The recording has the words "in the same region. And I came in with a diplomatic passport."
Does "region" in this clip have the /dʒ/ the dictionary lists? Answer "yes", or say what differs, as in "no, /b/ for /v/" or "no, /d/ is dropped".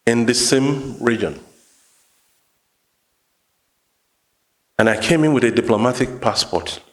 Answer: yes